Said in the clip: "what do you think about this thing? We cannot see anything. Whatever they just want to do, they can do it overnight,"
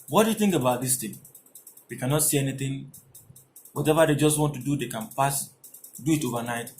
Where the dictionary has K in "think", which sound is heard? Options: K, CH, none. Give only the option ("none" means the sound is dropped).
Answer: K